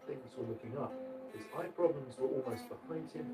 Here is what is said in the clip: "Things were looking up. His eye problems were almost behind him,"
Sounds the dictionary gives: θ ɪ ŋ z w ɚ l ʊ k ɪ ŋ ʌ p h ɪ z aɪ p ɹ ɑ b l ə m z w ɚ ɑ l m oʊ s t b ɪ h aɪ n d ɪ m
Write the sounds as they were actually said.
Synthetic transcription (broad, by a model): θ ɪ ŋ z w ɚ l ʊ k ɪ ŋ ʌ p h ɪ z aɪ p ɹ ɑ b l ə m z w ɚ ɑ l m oʊ s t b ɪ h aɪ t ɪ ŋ